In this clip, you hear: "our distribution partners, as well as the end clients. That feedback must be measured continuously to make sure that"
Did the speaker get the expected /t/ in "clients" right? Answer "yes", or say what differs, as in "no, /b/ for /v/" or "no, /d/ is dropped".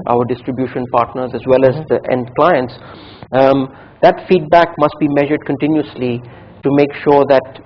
yes